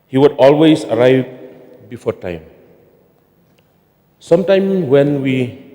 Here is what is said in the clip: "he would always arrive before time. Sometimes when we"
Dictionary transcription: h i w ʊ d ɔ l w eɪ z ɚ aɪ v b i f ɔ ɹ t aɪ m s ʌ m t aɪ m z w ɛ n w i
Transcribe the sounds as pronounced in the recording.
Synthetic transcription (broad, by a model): h i w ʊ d ɔ l w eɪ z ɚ aɪ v b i f ɔ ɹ t aɪ m s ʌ m t aɪ m w ɛ n w i